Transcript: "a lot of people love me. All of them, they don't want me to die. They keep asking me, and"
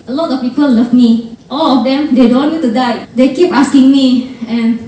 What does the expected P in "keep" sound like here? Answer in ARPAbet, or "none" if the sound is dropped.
P